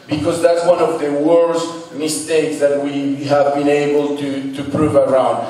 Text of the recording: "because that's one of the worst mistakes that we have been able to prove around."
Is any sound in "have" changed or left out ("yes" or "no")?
no